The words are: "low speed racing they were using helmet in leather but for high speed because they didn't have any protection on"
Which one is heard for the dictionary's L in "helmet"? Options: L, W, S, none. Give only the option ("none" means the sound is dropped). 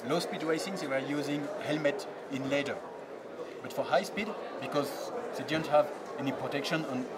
L